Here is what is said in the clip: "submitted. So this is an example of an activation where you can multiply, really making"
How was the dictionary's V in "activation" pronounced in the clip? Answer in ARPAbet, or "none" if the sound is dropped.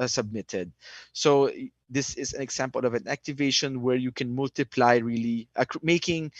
V